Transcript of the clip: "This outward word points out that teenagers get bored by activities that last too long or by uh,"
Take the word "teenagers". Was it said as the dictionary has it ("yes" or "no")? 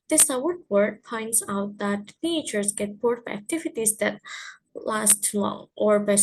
no